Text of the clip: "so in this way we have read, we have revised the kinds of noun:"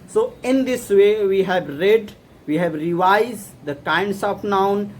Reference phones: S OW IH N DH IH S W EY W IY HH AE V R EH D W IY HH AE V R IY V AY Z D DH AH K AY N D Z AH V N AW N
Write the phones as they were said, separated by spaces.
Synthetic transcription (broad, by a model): S OW IH N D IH S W EY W IY HH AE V R EH D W IY HH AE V R IY V AY Z D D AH K AY N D S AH P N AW N